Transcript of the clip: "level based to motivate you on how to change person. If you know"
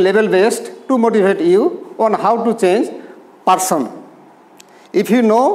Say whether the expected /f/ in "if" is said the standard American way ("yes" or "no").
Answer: no